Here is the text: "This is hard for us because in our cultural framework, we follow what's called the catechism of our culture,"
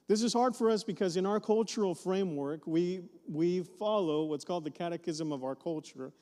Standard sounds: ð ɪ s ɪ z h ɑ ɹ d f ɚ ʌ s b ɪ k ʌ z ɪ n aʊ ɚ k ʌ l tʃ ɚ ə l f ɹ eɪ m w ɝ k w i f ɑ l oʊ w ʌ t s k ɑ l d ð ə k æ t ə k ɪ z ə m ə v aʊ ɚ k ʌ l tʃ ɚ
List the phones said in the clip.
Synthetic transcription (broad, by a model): ð ɪ s ɪ z h ɑ ɹ d f ɚ ʌ s b ɪ k ʌ z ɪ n aʊ ɚ k ʌ l tʃ ɚ l f ɹ eɪ m w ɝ k w i f ɑ l oʊ w ʌ t s k ɑ l d ð ə k æ t ə k ɪ z ə m ə v aʊ ɚ k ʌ l tʃ ɚ